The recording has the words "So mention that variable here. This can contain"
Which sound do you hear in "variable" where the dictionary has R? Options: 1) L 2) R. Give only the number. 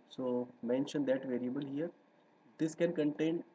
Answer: 2